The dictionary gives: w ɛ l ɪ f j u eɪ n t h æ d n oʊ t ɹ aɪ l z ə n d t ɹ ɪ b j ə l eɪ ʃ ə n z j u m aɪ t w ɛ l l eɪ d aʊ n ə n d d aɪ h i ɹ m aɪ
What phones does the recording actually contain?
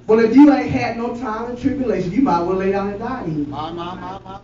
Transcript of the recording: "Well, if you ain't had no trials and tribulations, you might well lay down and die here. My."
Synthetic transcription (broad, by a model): w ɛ l ɪ f j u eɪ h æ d n oʊ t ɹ aɪ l ə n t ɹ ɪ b j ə l eɪ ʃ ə n j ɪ m aɪ t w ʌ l l eɪ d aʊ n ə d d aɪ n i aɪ